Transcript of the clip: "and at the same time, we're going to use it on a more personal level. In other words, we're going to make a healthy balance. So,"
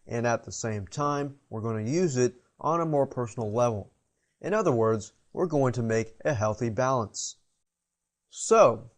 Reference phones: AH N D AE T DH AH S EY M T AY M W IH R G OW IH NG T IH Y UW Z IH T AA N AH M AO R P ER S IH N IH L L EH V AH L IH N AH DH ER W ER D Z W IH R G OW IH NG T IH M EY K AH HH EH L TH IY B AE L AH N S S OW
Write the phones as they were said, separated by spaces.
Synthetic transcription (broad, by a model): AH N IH T DH AH S EY M T AY M W IH R G OW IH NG T IH Y UW Z IH T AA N AH M AO R P ER S N L L EH V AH L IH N AH DH ER W ER D Z W IH R G OW IH NG T IH M EY K AH HH EH L TH IY B AE L AH N S S OW